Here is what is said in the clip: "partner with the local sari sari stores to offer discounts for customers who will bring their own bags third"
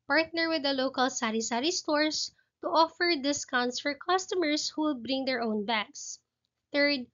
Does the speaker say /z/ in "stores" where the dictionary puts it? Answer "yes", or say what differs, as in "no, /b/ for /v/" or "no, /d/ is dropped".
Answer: no, /s/ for /z/